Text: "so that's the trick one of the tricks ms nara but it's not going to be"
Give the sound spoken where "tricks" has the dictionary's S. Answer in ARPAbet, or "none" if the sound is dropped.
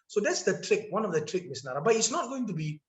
none